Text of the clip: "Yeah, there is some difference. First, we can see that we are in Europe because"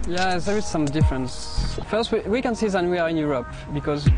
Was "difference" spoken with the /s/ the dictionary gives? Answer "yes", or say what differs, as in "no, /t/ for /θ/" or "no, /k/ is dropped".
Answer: yes